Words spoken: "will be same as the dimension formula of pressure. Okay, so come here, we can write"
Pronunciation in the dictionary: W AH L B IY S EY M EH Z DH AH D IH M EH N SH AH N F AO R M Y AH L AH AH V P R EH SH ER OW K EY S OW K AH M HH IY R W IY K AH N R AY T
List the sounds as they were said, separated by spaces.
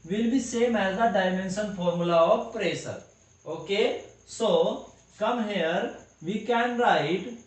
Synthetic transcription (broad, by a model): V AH L B IY S EY M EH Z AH D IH M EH N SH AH N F AO R M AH L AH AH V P R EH S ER OW K EY S OW K AH M HH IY R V IY K AH N R AY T